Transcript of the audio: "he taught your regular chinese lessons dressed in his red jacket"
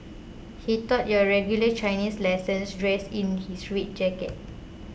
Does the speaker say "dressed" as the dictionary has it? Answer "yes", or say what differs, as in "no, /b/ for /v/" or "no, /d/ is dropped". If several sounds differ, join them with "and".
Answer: no, /t/ is dropped